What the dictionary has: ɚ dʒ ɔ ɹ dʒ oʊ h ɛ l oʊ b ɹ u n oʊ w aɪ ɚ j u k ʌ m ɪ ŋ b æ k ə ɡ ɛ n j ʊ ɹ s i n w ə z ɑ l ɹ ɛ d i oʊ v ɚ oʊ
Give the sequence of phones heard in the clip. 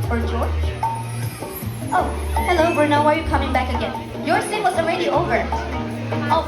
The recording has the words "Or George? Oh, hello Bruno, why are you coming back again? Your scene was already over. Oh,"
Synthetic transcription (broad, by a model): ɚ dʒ ɔ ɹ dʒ oʊ h ɛ l oʊ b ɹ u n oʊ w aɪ ɚ j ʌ k ʌ m ɪ ŋ b æ k ə ɡ ɛ n j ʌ ɹ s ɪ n w ə z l ɹ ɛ d i oʊ v ɚ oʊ